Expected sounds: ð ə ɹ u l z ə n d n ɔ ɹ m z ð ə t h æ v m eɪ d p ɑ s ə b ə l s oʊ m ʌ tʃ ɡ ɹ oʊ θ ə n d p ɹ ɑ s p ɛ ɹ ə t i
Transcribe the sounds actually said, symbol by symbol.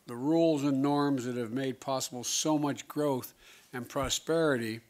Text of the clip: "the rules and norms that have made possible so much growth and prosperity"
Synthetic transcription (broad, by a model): ð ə ɹ u l z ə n n ɔ ɹ m z ð ə t h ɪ v m eɪ d p ɑ s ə b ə l s oʊ m ʌ tʃ ɡ ɹ oʊ θ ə n p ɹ ɑ s p ɛ ɹ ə t i